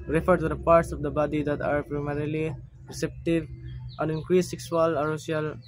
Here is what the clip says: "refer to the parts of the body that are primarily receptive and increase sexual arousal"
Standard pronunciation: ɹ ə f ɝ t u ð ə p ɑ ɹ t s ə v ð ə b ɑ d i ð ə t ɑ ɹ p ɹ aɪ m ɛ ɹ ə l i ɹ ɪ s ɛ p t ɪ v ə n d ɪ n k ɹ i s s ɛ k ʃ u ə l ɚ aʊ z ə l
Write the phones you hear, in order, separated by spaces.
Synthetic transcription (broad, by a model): ɹ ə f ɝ t u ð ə p ɑ ɹ t s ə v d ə b ɑ d i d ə t ɑ ɹ p ɹ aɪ m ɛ ɹ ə l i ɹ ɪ s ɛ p t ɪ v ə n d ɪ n k ɹ i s s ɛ k s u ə l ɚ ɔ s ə l